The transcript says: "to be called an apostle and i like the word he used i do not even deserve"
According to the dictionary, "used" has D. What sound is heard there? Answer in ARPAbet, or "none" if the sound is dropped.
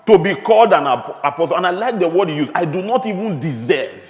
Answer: none